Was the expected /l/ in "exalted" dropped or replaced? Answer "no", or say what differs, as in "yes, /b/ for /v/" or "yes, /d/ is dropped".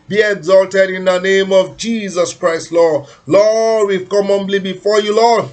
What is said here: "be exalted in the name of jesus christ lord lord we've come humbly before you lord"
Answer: no